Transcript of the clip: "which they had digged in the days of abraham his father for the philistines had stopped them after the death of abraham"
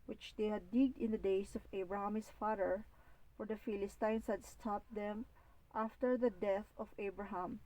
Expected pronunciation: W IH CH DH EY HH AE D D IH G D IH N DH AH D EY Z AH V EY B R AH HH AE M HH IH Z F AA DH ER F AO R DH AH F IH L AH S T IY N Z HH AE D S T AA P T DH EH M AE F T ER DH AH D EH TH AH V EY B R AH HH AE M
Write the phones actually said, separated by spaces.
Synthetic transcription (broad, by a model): W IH CH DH EY HH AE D D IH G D IH N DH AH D EY S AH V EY B R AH HH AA M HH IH S F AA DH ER F AO R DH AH F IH L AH S T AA N S HH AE D S T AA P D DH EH M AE F T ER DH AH D EH TH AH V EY B R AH HH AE M